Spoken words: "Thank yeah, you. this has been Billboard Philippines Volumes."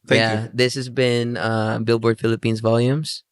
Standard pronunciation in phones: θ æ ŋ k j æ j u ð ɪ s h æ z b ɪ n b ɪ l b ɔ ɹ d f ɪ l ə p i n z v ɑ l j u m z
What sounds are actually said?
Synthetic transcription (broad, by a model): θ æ j æ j ð ɪ s h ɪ z b ɪ n b ɪ l b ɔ ɹ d f ɪ l ə p i n z v ɑ l j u m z